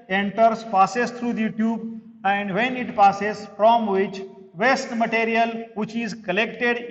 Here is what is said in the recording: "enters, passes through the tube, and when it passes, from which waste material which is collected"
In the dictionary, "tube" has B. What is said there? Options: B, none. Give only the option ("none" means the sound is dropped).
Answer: B